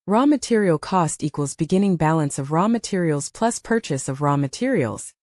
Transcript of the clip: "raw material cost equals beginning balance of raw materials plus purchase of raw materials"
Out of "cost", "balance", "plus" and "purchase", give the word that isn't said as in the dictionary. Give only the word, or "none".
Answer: none